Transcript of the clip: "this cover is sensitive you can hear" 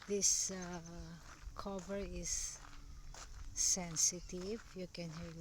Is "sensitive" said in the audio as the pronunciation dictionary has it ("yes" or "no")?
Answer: yes